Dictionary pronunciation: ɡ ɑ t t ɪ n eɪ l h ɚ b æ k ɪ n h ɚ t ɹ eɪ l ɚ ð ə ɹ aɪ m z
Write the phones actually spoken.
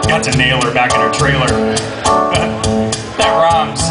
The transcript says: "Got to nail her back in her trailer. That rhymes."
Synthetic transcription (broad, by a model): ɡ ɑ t s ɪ n eɪ l ɚ b æ k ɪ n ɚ t ɹ eɪ l ɚ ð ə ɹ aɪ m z